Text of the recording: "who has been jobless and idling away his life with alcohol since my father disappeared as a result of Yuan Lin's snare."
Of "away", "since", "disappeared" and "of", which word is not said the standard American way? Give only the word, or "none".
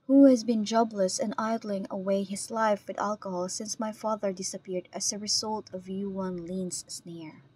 none